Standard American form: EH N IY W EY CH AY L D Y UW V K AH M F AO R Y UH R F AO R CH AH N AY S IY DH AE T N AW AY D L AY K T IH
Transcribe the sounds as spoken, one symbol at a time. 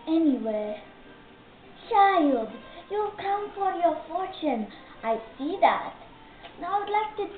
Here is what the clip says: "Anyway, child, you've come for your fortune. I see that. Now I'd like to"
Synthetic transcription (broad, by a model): EH N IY W EY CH AY L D Y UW K AH M F AO R Y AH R F AO R CH AH N AY S IY DH AE T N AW AY D L AY K T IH